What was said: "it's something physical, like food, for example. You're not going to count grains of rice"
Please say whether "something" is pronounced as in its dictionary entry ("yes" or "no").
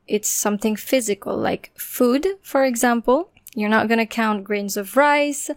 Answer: yes